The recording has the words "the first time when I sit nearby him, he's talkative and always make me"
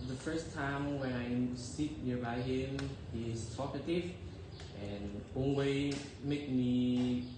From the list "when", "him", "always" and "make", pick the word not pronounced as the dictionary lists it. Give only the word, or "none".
always